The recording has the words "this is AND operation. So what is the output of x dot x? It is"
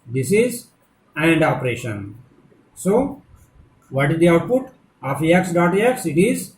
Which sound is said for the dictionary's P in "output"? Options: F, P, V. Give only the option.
P